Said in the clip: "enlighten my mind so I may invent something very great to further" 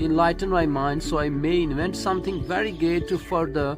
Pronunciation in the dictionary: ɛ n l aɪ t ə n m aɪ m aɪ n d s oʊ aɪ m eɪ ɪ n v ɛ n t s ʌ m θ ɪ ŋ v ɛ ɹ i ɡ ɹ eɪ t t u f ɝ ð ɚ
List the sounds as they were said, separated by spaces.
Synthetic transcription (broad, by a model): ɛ n l aɪ t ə n m aɪ m aɪ n d s oʊ aɪ m eɪ ɪ n v ɛ n t s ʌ m t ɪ ŋ v ɛ ɹ i ɡ eɪ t t u f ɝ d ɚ